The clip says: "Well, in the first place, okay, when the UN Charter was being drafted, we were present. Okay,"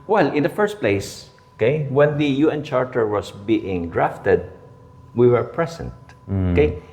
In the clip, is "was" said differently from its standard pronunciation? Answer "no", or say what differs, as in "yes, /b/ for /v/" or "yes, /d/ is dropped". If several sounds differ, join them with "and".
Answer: yes, /s/ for /z/